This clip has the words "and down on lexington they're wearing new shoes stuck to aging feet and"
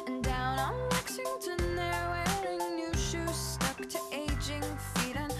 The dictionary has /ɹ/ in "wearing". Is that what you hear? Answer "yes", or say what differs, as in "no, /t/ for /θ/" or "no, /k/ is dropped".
no, /ɹ/ is dropped